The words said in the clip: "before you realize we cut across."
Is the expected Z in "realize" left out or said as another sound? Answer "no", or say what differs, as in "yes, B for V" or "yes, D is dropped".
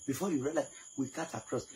yes, Z is dropped